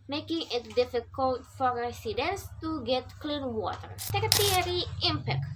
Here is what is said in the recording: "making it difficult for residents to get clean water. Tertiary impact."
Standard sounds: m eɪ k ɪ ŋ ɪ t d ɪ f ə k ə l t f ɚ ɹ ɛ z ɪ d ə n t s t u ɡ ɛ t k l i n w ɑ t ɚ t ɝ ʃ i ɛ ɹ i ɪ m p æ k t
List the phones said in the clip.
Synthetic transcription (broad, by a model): m eɪ k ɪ ŋ ɪ t d ɪ f ə k ə l t f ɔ ɹ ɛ s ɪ d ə n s t u ɡ ɛ t k l i n w ɑ t ɚ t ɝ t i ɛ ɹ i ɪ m p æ k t